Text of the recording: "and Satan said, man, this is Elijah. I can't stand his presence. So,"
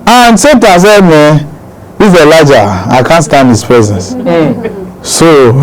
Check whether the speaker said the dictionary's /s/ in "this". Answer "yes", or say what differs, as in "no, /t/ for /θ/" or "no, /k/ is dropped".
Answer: no, /s/ is dropped